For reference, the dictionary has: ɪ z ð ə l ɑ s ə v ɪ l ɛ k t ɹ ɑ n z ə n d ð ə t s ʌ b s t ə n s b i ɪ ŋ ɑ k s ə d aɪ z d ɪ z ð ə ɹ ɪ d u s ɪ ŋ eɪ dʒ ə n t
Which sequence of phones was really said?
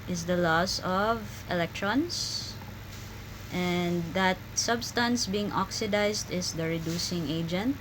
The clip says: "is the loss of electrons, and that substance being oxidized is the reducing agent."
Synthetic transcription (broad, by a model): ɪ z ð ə l ɑ s ə v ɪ l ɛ k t ɹ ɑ n s ə n d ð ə t s ʌ b s t ə n s b i ɪ ŋ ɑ k s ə d aɪ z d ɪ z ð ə ɹ ɪ d u s ɪ ŋ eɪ dʒ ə n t